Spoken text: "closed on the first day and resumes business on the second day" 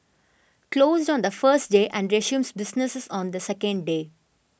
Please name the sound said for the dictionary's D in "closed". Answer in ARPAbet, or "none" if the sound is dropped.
D